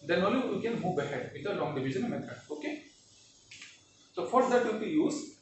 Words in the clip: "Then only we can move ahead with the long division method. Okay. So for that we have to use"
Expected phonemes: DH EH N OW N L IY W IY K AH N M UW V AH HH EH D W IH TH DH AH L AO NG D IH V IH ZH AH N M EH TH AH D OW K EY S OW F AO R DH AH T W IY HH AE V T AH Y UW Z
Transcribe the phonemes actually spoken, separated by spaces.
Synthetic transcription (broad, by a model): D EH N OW L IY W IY K AH N M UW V AH HH EH D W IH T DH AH L AO NG D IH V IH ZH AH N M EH T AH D OW K EY S OW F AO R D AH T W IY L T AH Y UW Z